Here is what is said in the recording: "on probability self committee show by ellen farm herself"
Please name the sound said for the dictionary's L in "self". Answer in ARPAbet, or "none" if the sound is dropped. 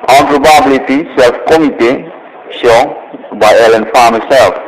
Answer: L